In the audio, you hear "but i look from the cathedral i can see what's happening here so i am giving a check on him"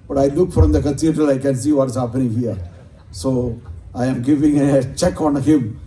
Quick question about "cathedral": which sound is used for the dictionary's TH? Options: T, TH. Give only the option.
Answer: T